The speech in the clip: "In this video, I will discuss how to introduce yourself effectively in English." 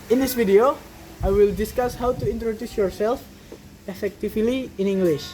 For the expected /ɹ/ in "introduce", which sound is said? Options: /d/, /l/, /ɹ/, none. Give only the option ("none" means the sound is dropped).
/ɹ/